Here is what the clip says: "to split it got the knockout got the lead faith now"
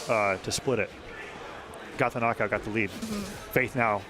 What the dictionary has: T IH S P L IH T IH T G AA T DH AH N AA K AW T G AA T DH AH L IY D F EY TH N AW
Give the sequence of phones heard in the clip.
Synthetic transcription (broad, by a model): T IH S P L IH T IH T G AA T DH AH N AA K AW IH G AA T DH AH L IY D F EY TH N AW